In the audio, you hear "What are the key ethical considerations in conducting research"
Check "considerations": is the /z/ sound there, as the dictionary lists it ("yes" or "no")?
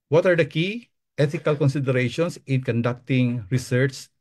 no